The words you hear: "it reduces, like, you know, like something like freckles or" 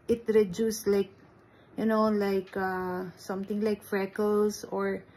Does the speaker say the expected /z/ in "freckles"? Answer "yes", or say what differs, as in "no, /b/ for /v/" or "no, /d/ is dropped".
no, /s/ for /z/